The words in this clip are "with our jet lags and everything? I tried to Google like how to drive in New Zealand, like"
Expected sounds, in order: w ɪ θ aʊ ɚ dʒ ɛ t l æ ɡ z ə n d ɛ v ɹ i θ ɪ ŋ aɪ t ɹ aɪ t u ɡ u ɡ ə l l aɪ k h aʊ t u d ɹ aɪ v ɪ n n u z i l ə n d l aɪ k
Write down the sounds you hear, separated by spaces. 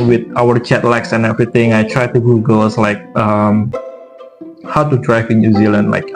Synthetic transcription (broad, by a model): w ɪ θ aʊ ɚ tʃ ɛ t l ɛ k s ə n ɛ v ɹ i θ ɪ ŋ aɪ t ɹ aɪ t u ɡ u ɡ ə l l aɪ k h aʊ t u d ɹ aɪ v ɪ n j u z i l ə n d l aɪ k